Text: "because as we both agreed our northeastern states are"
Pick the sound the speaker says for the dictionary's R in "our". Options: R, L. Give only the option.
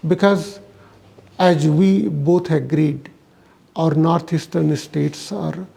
R